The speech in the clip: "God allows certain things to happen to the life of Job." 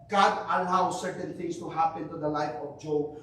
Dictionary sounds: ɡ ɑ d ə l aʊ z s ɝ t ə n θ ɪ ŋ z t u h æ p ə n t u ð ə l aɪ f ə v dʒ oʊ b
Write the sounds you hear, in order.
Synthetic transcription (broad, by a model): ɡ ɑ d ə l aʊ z s ɝ t ə n t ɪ ŋ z t u h æ p ə n t u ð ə l aɪ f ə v dʒ oʊ